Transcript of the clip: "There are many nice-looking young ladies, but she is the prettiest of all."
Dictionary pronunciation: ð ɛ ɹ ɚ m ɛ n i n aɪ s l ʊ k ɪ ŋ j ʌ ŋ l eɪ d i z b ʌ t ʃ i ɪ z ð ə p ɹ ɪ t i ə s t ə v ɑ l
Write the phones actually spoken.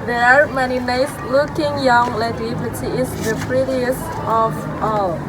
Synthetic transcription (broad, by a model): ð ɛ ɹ m ɛ n i n aɪ s l ʊ k ɪ ŋ j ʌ ŋ l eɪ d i b ʌ t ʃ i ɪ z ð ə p ɹ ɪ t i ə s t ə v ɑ l